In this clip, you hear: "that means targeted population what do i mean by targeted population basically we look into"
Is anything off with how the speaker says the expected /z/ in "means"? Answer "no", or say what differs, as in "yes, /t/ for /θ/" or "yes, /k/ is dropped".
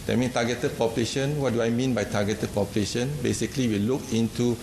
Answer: yes, /z/ is dropped